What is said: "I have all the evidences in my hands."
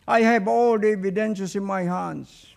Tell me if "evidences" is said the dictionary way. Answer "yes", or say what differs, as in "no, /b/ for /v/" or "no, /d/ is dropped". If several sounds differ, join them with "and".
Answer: no, /ʃ/ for /s/ and /s/ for /z/